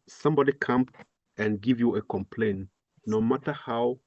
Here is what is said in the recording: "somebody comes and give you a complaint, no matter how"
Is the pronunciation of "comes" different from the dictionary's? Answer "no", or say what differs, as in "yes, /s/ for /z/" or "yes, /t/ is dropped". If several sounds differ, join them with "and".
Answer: yes, /z/ is dropped